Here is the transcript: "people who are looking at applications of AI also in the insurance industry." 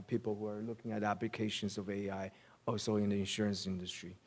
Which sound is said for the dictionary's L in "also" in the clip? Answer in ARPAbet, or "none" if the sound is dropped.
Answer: none